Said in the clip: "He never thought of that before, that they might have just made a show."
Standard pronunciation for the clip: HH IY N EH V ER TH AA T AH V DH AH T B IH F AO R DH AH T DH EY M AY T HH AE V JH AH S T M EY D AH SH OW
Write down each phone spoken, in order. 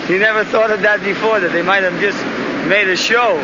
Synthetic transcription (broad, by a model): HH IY N EH V ER TH AA T AH V DH AH T B IH F AO R DH AH T DH EY M AY T HH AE V JH AH S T M EY D AH SH OW